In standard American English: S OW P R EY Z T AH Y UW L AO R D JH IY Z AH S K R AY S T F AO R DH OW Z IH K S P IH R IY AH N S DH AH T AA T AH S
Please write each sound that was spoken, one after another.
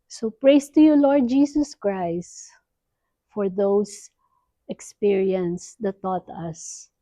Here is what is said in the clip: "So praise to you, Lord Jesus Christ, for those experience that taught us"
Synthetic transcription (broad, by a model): S OW P R EY S T AH Y UW L AO R D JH IY S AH S K R AY S T F AO R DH OW S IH K S P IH R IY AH N S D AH T AA T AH S